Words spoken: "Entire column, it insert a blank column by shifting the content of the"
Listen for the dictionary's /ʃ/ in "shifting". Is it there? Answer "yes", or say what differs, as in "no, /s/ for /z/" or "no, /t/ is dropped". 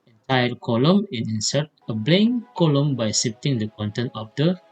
no, /s/ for /ʃ/